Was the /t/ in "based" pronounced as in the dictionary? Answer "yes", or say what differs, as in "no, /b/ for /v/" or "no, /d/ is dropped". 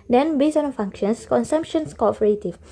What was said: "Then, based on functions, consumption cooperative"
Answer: no, /t/ is dropped